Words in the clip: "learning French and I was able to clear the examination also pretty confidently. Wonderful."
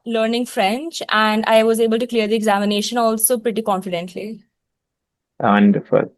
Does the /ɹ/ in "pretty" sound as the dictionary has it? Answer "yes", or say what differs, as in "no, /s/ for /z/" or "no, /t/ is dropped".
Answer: yes